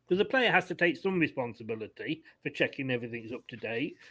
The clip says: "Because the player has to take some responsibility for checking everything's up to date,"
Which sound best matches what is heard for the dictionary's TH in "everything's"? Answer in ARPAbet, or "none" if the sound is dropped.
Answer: TH